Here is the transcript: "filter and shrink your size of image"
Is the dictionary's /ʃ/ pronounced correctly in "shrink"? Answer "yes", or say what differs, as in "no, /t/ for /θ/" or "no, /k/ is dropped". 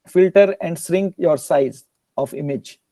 no, /s/ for /ʃ/